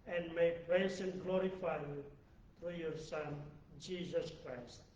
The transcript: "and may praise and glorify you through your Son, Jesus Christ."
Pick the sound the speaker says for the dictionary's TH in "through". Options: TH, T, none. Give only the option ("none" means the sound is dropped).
T